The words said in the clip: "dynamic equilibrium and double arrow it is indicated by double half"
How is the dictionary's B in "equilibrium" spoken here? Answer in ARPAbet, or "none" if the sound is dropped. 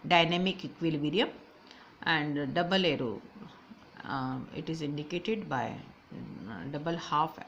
none